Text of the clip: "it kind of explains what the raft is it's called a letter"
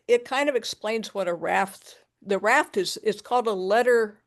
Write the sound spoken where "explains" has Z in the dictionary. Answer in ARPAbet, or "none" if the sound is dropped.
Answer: Z